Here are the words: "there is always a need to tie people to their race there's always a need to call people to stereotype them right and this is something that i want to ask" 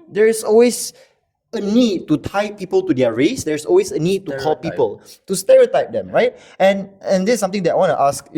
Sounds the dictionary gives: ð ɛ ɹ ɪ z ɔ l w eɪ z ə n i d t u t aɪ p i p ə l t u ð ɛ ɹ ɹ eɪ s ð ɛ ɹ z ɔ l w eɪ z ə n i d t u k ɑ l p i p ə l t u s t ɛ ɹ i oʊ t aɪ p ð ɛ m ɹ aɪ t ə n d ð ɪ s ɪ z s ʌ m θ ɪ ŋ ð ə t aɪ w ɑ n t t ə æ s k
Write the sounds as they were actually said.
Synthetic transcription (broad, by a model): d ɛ ɹ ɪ s ɔ l w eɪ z ə n i d t u t aɪ p i p ə l t u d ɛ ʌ ɹ eɪ s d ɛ ɹ s ɔ l w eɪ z ə n i d t u k ɑ l p i p ə l t u s t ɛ ɹ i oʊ t aɪ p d ɛ m ɹ aɪ t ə n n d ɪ s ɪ m t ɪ ŋ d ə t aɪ w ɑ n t t ə s k